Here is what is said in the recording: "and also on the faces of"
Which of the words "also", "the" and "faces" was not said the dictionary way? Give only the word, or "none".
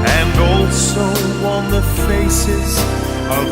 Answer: none